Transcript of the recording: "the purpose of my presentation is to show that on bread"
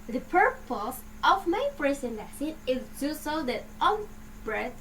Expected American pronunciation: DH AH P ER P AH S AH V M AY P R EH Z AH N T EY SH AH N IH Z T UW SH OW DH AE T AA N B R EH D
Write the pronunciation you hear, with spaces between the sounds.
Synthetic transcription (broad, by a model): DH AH P ER P AH S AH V M AY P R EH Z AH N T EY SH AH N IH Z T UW S OW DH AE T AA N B R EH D